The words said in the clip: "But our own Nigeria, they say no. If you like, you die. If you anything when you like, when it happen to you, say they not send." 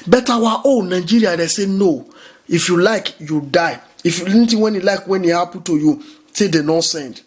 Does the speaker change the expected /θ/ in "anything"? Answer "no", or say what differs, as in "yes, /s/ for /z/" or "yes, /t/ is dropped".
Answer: yes, /t/ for /θ/